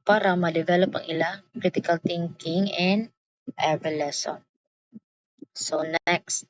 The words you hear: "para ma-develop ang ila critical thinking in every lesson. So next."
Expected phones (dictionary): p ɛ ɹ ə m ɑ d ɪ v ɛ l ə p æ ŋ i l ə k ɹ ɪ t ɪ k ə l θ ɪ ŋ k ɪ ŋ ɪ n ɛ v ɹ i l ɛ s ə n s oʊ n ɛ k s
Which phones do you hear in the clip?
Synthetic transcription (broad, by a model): p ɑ ɹ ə m ɑ d ɪ v ɛ l ə p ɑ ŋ i l ə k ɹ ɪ t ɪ k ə l t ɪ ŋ k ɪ ŋ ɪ n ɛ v i l ɛ s ə n s oʊ n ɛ k s